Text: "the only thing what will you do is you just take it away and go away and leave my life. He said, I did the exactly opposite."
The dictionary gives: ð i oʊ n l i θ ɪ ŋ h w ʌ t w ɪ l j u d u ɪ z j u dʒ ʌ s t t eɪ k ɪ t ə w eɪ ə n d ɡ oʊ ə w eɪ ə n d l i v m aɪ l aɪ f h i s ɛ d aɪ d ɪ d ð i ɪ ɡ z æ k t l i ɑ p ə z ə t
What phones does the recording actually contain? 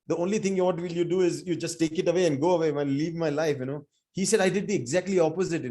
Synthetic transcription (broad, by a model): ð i oʊ n l i t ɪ ŋ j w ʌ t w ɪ l j u d u ɪ z j u dʒ ʌ s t t eɪ k ɪ t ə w eɪ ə n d ɡ oʊ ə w eɪ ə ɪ l i v m aɪ l aɪ f h i s ɛ d aɪ d ɪ d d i ɪ ɡ z æ k t l i ɑ p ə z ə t